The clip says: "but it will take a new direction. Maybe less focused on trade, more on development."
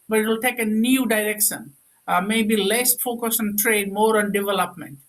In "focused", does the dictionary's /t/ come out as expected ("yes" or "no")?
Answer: no